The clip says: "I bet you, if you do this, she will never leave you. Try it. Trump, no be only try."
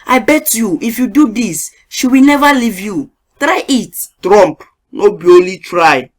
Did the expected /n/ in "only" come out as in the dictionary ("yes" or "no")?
no